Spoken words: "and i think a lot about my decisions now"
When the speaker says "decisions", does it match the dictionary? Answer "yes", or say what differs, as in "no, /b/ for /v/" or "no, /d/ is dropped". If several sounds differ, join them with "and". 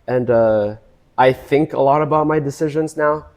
yes